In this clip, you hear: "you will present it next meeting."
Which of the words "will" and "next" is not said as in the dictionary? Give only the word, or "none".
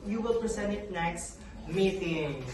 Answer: none